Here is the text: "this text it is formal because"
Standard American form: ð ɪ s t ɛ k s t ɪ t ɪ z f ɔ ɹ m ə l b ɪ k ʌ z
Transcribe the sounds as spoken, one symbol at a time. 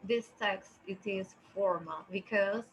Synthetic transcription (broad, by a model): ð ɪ s t ɛ k s t ɪ t ɪ z f ɔ ɹ m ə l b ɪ k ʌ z